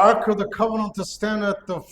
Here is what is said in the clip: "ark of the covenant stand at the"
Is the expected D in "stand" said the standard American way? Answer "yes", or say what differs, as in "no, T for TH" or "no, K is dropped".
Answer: yes